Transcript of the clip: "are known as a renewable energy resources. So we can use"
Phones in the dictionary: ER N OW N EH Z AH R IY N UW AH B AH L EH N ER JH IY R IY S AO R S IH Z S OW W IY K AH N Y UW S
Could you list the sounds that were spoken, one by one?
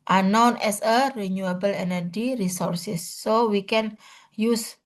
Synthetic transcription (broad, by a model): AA N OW N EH S AH R IY N UW AH B AH L EH N ER JH IY R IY S AO R S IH S OW W IY K AH N Y UW S